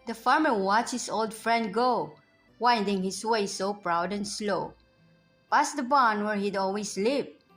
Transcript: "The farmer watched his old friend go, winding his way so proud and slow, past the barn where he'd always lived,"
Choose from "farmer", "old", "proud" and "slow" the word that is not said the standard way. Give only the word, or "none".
none